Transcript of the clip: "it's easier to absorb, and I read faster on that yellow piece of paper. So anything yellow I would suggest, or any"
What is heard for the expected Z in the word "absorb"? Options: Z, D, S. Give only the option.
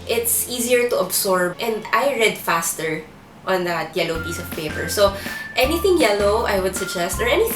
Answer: S